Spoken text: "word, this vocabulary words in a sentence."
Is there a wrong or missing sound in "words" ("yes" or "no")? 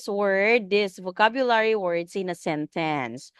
yes